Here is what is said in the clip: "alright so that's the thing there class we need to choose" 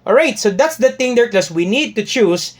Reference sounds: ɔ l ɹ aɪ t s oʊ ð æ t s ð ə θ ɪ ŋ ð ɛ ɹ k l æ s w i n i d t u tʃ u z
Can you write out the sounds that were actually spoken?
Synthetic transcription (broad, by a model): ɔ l ɹ aɪ t s oʊ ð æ t s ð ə t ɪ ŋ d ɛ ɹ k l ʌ s w i n i d t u tʃ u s